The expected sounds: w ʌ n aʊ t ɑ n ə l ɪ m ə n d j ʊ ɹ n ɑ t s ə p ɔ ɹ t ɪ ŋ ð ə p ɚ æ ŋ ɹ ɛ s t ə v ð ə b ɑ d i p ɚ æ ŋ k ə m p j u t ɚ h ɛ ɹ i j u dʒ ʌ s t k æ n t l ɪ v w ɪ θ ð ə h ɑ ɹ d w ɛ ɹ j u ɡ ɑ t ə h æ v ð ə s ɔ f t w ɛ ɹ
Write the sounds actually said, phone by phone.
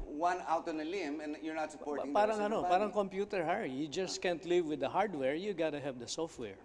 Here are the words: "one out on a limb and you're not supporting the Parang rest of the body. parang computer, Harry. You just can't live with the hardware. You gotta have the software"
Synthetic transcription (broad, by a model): w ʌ n aʊ t ɑ n ə l ɪ m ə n j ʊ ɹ n ɑ t s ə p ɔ ɹ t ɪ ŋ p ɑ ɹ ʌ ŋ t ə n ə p ɑ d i ŋ k ə m p j u t ɚ h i j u dʒ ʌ s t k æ n t l ɪ v w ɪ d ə h ɑ ɹ d w ɛ ɹ j u ɡ ɑ t ə h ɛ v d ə s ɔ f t w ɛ ɹ